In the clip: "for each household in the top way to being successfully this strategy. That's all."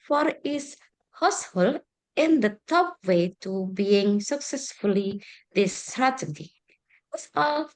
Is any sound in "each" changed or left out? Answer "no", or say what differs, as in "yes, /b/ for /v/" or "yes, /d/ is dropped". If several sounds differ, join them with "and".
yes, /s/ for /tʃ/